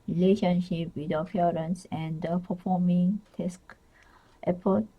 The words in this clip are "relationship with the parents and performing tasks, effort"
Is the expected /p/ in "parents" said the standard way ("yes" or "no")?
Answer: no